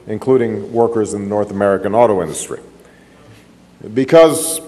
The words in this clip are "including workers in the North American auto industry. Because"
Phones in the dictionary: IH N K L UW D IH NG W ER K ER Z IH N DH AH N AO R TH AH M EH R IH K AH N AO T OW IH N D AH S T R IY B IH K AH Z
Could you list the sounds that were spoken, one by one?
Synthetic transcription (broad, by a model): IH N K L UW D IH NG W ER K ER Z IH N DH AH N AO R TH AH M EH R IH K AH N AO T OW IH N D AH S T R IY B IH K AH Z